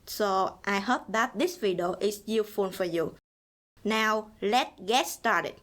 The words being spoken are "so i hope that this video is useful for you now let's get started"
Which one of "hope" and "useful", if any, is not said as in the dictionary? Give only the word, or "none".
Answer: useful